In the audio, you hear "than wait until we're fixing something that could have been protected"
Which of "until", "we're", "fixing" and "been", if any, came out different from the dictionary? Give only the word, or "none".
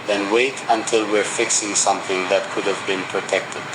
none